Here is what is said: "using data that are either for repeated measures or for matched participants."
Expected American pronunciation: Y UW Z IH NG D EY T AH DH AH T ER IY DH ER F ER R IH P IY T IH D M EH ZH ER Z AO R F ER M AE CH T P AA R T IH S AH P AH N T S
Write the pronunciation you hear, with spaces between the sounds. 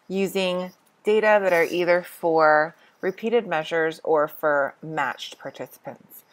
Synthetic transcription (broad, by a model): Y UW Z IH NG D EY T AH DH AH T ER IY DH ER F ER R IH P IY T IH D M EH ZH ER Z AO R F ER M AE CH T P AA R T IH S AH P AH N T S